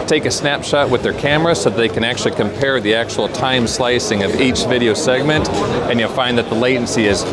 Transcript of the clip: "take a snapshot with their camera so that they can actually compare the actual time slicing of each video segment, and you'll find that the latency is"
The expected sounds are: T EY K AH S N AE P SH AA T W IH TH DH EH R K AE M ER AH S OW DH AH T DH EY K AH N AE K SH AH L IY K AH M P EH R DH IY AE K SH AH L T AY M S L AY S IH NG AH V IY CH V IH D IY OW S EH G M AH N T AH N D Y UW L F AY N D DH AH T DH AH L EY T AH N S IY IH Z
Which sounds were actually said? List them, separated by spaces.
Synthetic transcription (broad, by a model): T EY K AH S N AE P SH AA T W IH DH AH R K AE M ER AH S OW DH AH T DH EY K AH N AE K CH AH L IY K AH M P EH R DH IY AE K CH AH L T AY M S L AY S IH NG AH V IY CH V IH D IY OW S EH G M AH N T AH N Y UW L F AY N DH AH T DH AH L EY T N S IY IH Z